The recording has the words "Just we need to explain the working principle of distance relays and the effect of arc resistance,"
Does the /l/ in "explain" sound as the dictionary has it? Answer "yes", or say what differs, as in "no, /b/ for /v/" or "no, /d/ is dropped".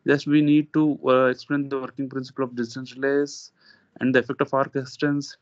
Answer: yes